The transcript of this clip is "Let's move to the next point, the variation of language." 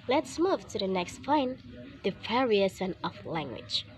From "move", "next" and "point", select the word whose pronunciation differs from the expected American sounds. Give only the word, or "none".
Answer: point